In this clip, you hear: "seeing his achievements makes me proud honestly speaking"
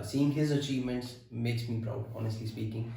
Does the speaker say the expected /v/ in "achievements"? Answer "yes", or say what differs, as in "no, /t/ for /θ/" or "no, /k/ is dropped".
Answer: yes